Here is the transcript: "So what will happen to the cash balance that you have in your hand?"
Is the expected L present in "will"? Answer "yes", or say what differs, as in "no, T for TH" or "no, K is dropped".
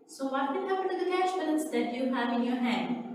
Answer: no, N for L